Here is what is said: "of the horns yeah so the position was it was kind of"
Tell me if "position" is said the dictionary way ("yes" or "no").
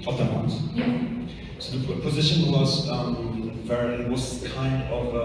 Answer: yes